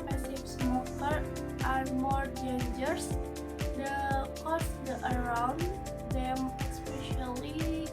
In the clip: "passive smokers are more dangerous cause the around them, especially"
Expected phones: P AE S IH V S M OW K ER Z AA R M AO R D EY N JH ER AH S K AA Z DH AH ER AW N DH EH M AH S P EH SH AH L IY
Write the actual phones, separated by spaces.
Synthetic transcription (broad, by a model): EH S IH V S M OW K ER AA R M AO R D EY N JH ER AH K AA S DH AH ER AW N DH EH M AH S P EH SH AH L IY